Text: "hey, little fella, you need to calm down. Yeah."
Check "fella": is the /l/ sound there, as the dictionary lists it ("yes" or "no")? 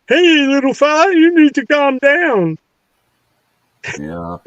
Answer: no